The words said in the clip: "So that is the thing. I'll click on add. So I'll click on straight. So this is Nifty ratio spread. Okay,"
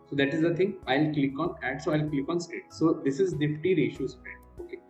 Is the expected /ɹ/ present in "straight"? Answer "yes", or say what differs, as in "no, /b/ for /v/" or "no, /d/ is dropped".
no, /ɹ/ is dropped